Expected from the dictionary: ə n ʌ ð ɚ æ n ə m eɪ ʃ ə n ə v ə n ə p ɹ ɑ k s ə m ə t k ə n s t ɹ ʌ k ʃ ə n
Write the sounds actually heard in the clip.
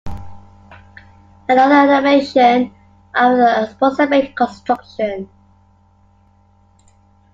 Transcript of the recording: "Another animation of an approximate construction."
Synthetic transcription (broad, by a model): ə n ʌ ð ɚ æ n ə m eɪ ʃ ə n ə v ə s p ɑ s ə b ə k ə n s t ɹ ʌ k ʃ ə n